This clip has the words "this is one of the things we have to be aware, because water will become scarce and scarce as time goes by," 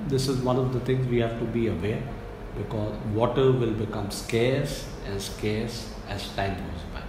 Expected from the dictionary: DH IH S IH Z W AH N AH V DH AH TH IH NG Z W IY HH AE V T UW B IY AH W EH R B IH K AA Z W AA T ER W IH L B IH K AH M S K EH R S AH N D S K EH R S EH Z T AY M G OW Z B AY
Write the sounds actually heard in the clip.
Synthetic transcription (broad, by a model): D IH S IH Z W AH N AH V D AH T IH NG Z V IY HH AE V T UW B IY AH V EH R B IH K AA Z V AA T ER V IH L B IH K AH M S K EH R S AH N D S K EH R S EH Z T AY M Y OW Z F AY